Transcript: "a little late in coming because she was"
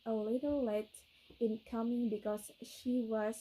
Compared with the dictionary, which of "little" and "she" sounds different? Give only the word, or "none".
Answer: none